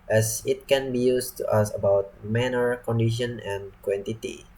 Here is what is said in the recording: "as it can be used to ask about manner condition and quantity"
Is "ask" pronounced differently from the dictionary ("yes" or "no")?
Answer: yes